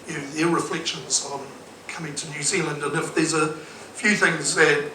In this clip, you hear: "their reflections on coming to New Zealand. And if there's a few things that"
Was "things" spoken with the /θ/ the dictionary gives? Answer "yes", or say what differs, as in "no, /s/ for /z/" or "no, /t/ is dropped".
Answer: yes